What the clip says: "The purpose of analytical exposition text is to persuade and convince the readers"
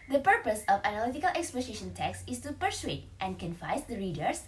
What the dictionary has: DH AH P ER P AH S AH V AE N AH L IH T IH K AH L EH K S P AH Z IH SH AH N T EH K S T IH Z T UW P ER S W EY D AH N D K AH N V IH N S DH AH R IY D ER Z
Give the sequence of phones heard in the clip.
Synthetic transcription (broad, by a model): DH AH P ER P AH S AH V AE N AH L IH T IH K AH L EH K S P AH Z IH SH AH N T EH K S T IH S T UW P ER S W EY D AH N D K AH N F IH S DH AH R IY D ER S